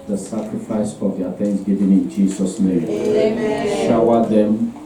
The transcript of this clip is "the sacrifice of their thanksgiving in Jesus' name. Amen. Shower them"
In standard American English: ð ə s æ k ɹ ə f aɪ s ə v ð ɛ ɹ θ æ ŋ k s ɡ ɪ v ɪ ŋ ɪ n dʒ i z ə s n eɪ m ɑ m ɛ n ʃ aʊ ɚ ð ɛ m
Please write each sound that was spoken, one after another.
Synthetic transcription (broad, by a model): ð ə s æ k ɹ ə f aɪ s ə v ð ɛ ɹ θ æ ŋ s ɡ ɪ v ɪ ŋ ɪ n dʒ i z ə s n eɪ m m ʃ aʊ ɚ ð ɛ m